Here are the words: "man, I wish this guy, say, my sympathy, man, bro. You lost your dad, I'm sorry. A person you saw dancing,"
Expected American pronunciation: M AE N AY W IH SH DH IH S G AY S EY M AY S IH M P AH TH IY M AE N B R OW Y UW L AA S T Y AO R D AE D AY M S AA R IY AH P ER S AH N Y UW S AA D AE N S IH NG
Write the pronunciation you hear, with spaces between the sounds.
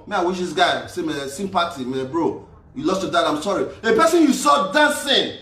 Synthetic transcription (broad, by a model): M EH AY W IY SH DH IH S G AY S EY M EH S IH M P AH T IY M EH B R OW Y UW L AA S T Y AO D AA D AY M S AA R IY AH P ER S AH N Y UW S AA D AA N S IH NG